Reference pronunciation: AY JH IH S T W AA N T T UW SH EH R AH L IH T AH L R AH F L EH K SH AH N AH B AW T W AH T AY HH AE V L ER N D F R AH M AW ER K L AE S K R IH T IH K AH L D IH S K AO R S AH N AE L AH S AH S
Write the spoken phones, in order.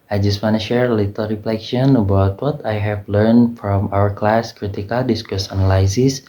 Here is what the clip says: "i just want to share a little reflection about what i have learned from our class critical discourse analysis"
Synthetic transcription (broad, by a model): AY JH IH S T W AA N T T UW SH EH R AH L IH T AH L R AH F L EH K SH AH N AH B AW T W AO T AY HH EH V L ER N D F R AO M AW ER K L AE S K R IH T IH K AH L D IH S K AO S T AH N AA L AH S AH S